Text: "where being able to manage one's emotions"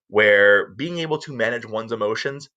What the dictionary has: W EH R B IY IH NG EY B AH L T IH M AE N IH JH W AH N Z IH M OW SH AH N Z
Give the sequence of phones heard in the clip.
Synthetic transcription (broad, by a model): W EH R B IY IH NG EY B L T IH M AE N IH JH W AH N Z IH M OW SH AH N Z